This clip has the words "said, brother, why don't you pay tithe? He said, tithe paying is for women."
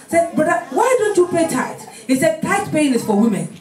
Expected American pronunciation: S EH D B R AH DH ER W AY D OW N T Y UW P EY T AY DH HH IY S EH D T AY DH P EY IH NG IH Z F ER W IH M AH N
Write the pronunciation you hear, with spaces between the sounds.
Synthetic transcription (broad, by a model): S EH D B AH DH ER W AY D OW N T Y UW P EY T AY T HH IY S EH D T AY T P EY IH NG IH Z F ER W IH M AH N